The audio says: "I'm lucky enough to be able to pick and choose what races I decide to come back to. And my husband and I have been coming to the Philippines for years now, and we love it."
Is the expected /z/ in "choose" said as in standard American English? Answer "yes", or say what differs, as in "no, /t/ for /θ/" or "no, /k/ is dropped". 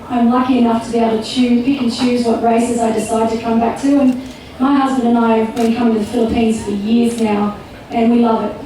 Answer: yes